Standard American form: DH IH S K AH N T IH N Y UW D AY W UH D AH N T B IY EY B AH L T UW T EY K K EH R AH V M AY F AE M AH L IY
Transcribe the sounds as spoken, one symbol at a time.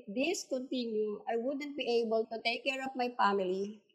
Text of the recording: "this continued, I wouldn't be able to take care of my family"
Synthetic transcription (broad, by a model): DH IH S K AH N T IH N Y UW AY W UH D AH N T B IY EY B AH L T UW T EY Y K EH R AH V M AY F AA M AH L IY